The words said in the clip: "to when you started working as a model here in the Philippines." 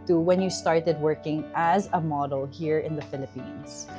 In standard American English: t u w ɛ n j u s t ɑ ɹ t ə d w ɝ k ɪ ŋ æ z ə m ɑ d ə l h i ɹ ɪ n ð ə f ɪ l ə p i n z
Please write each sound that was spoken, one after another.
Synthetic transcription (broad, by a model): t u w ɛ n j u s t ɑ ɹ t ə d w ɝ k ɪ ŋ æ z ə m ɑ d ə l h i ɹ ɪ n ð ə f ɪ l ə p i n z